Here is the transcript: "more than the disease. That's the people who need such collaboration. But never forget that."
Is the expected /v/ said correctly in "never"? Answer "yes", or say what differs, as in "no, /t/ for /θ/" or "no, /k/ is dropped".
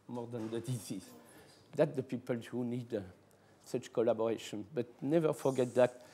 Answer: yes